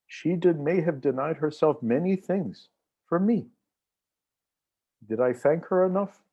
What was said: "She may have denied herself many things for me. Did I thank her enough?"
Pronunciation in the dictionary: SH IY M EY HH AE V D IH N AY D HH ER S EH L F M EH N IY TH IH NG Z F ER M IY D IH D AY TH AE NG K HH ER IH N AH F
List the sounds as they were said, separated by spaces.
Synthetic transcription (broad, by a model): SH IY M EY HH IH V D IH N AY D HH ER S EH L F M EH N IY TH IH NG Z F ER M IY D IH D AY TH AE NG K HH ER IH N AH F